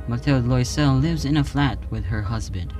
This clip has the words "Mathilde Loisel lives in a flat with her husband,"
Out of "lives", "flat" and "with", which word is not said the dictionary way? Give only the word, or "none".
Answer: none